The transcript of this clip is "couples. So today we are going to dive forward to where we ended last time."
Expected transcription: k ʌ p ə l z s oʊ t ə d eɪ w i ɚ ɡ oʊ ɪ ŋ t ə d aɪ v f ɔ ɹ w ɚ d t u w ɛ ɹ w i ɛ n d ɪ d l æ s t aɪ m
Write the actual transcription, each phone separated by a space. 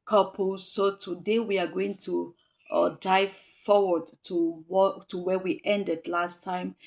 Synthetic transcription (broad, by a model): k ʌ p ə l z s oʊ t ə d eɪ w i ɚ ɡ oʊ ɪ ŋ t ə d aɪ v f ɔ w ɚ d t u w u w w i ɛ n d ɪ d l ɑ s t aɪ m